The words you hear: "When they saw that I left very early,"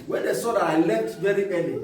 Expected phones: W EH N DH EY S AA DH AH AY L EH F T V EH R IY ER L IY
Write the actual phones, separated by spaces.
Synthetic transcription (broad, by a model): W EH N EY S AA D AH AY L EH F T V EH R IY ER L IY